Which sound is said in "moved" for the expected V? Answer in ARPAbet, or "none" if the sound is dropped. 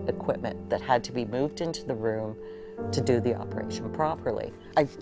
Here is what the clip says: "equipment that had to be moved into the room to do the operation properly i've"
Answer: V